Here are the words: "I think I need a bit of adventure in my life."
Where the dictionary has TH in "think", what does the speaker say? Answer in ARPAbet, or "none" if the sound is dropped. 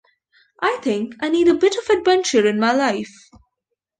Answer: T